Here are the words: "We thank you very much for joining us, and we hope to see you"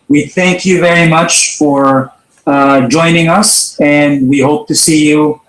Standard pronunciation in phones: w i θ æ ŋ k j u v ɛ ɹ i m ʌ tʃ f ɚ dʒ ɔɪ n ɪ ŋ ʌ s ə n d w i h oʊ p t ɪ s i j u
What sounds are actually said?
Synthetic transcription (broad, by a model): w i θ æ ŋ k j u v ɛ ɹ i m ʌ tʃ f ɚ dʒ ɔɪ n ɪ ŋ ʌ s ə n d w i h oʊ p t ɪ s i j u